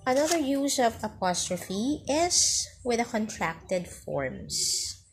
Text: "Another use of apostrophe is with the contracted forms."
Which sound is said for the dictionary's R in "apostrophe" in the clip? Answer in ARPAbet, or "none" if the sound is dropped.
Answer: R